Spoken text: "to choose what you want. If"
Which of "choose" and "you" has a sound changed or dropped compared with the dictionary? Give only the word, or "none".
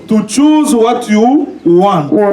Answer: none